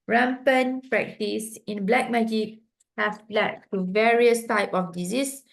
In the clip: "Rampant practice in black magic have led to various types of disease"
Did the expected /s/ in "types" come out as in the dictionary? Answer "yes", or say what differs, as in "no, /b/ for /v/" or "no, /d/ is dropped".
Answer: no, /s/ is dropped